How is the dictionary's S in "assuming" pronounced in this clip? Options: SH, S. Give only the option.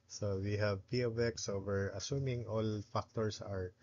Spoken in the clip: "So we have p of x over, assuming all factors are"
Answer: S